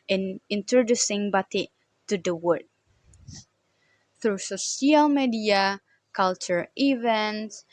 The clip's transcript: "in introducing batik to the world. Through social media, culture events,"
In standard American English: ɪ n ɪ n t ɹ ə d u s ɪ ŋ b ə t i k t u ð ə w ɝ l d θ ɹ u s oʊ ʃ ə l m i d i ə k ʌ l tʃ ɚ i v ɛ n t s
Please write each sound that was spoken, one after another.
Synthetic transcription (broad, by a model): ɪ n ɪ n t ɹ ə d u s ɪ ŋ b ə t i t u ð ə w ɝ d θ ɹ u s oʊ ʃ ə l m i d i ə k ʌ l tʃ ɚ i v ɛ n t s